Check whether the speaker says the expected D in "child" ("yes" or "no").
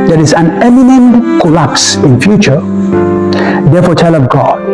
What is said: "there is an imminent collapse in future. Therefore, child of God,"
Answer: no